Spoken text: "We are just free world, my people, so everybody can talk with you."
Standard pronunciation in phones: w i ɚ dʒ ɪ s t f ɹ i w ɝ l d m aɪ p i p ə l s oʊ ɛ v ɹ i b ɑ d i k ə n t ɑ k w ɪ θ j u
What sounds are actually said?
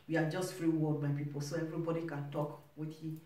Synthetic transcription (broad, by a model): w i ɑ dʒ ɪ s t f ɹ i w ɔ d m aɪ p i p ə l s oʊ ɛ v ɹ i b ɑ d i k ə n t ɑ k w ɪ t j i